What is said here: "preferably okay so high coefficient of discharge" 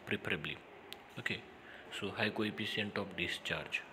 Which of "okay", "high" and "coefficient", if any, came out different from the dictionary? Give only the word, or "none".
coefficient